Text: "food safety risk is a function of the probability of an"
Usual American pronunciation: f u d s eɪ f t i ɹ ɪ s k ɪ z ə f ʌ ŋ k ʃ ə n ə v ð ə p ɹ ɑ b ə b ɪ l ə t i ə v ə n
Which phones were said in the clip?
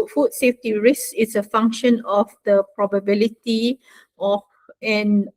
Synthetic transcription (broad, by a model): f u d s eɪ f t i ɹ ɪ s ɪ s ə f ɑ ŋ k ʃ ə n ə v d ə p ɹ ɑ b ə b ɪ l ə t i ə f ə n